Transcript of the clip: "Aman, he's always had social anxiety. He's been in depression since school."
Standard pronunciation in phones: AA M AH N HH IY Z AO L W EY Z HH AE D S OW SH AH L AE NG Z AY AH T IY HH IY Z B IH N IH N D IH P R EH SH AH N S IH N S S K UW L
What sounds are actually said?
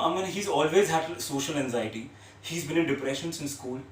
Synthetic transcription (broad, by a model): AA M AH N HH IY Z AO L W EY Z HH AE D S OW SH AH L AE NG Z AY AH T IY HH IY Z B IH N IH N D IH P R EH SH AH N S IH N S S K UW L